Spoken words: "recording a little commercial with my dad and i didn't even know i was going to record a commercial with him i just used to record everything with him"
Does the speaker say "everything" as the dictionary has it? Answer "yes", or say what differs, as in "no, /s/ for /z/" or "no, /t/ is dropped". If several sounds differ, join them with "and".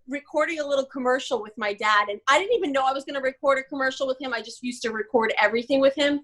yes